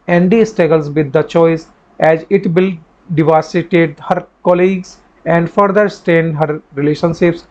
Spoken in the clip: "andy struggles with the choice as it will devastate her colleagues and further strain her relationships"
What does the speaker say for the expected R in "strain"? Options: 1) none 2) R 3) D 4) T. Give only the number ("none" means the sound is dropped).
1